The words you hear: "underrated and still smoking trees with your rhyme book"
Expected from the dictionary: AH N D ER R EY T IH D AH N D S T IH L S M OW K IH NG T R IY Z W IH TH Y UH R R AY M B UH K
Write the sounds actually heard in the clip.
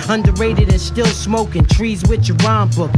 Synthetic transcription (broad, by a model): AH N D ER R EY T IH D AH N S T IH L S M OW K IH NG T R IY Z W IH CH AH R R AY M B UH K